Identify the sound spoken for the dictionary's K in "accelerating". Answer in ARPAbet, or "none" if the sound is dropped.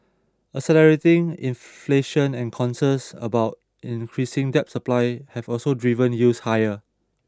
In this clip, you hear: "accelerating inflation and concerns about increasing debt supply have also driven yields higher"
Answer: none